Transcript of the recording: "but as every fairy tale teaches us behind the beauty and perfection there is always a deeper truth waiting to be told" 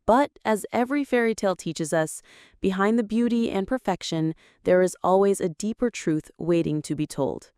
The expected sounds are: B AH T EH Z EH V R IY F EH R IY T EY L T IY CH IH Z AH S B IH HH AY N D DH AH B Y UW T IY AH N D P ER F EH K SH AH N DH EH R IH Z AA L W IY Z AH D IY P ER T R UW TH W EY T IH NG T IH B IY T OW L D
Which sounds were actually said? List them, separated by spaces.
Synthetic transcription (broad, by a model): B AH T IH Z EH V R IY F EH R IY T EY L T IY CH IH Z AH S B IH HH AY N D DH AH B Y UW T IY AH N P ER F EH K SH AH N DH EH R IH Z AA L W IY Z AH D IY P ER T R UW TH W EY T IH NG T IH B IY T OW L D